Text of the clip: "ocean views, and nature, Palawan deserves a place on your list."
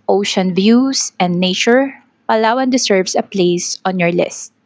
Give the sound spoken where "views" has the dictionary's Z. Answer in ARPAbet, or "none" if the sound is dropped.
S